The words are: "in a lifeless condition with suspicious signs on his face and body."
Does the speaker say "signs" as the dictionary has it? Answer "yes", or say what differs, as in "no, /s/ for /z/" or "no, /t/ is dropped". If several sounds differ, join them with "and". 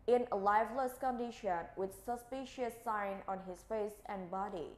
no, /z/ is dropped